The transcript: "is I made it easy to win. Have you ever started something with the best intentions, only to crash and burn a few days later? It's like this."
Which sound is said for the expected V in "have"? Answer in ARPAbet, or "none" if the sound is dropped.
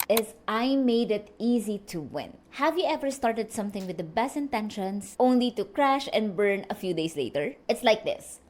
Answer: V